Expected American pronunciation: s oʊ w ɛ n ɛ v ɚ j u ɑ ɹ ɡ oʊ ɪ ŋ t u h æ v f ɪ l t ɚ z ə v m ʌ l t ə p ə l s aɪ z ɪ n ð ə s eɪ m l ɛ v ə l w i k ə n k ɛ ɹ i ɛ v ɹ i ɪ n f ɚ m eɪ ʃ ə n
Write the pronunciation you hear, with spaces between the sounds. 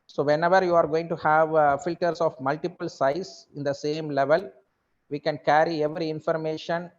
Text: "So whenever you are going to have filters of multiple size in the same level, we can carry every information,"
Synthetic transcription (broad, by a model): s oʊ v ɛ n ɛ v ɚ j u ɑ ɹ ɡ oʊ ɪ ŋ t u h æ v f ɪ l t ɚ s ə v m ʌ l t ə p ə l s aɪ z ɪ n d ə s eɪ m l ɛ v ə l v i k ə n k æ ɹ i ɛ v ɹ i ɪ n f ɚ m eɪ ʃ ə n